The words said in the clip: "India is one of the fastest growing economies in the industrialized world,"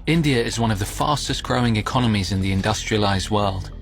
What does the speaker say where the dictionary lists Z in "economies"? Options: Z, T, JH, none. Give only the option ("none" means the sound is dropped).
Z